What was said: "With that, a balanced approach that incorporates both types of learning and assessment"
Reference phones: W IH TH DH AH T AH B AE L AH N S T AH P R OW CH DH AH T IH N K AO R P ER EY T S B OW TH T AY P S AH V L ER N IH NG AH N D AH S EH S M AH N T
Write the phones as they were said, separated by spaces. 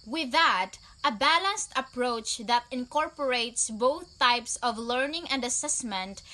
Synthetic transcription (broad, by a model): W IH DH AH T AH B AE L AH N S T AH P R OW CH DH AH T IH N K AO R P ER EY T S B OW TH T AY P S AH V L ER N IH NG AH N D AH S EH S M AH N T